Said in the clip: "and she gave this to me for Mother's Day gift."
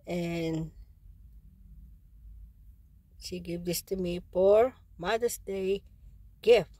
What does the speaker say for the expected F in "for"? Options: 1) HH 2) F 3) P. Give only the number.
3